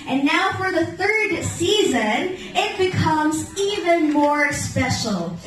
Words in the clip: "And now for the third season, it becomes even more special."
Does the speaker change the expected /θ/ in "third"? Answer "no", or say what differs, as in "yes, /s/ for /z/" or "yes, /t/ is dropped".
no